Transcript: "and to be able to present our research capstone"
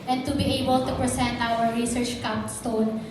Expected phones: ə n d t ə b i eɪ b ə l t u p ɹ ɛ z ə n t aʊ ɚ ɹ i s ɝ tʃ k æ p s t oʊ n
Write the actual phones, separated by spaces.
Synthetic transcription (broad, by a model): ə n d t ə b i eɪ b ə l t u p ɹ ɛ s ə n t aʊ ɚ ɹ i s ɝ tʃ k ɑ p s t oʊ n